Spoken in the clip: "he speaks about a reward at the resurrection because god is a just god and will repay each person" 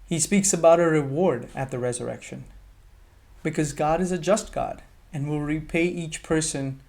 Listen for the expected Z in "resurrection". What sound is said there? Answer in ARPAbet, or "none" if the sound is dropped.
Z